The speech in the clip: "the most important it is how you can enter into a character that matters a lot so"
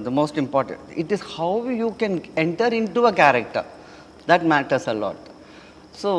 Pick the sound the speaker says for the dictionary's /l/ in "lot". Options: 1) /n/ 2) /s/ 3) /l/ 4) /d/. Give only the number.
3